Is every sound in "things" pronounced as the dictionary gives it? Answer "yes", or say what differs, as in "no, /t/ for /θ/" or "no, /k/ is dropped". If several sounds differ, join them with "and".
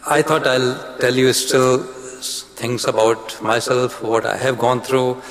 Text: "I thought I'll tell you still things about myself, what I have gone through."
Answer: no, /t/ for /θ/